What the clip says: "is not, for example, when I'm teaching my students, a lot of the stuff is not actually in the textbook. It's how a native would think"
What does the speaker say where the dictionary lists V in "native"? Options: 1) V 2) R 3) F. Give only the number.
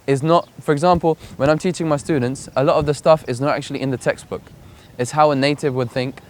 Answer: 1